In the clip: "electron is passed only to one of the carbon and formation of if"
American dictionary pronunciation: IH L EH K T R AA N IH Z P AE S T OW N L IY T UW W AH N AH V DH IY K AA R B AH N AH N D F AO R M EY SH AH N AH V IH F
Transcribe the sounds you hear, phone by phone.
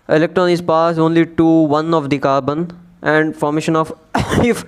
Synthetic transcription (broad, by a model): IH L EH K T R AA N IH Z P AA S OW N L IY T UW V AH N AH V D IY K AA R B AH N AH N D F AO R M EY SH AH N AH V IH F